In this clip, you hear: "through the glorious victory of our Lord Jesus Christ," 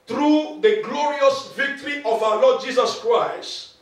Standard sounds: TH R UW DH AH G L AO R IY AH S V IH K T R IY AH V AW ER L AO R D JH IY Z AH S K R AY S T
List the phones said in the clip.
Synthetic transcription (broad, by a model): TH R UW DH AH G L AO R IY AH S V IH K T R IY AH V AW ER L AO D JH IY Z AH S K R AY S T